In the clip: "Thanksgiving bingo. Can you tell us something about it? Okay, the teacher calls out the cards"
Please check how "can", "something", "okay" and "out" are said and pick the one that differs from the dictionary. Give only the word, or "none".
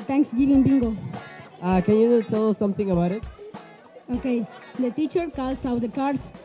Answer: something